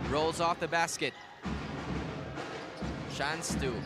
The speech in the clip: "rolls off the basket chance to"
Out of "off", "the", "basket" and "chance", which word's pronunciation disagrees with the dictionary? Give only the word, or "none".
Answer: chance